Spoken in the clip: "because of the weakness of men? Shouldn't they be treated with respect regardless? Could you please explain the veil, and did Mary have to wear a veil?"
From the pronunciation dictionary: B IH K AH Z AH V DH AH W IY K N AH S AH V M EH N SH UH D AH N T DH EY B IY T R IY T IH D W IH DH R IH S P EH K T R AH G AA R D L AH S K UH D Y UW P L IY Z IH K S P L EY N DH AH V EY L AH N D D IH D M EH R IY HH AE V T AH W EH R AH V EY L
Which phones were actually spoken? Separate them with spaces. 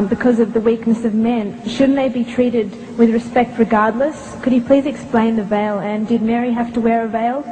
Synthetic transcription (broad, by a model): B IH K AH Z AH V DH AH W IY K N AH S AH V M EH N SH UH D N DH EY B IY T R IY T IH D W IH DH R IH S P EH K T R AH G AA R D L AH S K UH D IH P L IY Z IH K S P L EY N DH AH V EY L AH N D D IH D M EH R IY HH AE F T AH W EH R AH V EY L